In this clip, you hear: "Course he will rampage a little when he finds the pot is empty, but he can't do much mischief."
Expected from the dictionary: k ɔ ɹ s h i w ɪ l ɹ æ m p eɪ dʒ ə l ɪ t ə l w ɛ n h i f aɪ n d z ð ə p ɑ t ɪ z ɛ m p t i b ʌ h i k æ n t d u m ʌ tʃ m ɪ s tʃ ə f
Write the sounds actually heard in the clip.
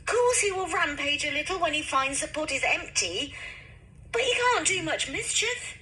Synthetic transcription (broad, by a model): k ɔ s h i w ɪ l ɹ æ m p eɪ dʒ ə l ɪ t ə l w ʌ n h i f aɪ n d z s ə p ɑ t ɪ z ɛ m p t i b ʌ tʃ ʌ k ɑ n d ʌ m ʌ tʃ m ɪ s tʃ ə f